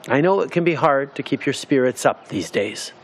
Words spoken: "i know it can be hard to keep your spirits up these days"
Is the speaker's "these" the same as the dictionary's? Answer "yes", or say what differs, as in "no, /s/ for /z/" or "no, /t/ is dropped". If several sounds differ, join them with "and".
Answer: yes